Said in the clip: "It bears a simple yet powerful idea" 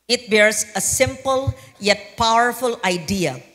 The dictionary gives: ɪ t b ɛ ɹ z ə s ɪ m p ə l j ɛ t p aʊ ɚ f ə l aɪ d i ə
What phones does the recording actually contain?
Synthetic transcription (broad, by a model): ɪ t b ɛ ɹ s ə s ɪ m p ə l j ɛ t p aʊ ɚ f ə l aɪ d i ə